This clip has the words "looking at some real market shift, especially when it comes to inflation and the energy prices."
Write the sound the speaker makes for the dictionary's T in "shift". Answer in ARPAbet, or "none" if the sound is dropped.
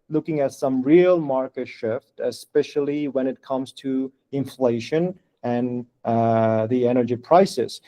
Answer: T